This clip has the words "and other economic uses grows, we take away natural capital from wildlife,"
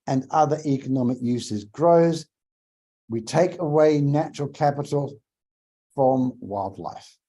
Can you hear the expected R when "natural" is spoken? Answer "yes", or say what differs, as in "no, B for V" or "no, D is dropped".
yes